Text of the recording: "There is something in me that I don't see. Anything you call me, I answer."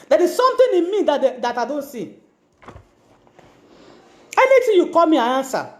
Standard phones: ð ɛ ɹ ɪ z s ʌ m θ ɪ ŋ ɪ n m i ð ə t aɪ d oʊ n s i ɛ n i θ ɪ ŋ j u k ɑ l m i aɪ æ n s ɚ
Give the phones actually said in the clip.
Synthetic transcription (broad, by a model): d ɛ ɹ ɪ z s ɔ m t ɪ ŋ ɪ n m i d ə t aɪ d oʊ n s i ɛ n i t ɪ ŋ j u k ɑ l m i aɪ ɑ n s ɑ